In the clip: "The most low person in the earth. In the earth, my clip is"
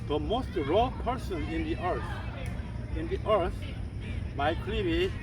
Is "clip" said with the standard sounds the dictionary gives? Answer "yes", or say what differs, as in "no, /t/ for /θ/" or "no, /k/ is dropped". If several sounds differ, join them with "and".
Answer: no, /b/ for /p/